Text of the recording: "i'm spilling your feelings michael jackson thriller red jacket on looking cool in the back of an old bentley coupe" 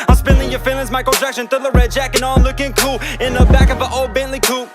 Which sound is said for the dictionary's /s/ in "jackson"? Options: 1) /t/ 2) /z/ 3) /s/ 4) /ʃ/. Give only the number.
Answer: 4